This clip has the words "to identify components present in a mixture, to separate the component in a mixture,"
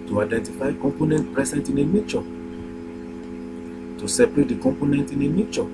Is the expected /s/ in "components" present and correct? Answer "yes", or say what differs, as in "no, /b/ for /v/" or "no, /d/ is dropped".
no, /s/ is dropped